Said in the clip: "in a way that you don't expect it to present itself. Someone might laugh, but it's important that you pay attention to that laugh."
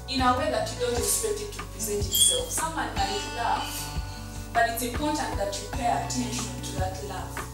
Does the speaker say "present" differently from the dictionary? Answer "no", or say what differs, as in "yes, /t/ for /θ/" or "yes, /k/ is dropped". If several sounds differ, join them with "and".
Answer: yes, /ɹ/ is dropped